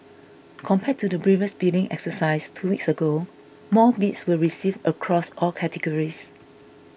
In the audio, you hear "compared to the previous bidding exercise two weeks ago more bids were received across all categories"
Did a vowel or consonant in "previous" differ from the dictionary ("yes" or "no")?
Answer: yes